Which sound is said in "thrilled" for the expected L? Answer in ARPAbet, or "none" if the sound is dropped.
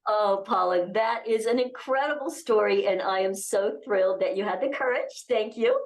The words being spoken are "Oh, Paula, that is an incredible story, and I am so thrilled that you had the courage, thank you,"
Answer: L